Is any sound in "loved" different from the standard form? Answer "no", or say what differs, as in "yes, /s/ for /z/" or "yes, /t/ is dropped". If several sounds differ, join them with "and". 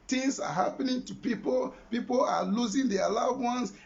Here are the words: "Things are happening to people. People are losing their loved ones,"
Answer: yes, /v/ is dropped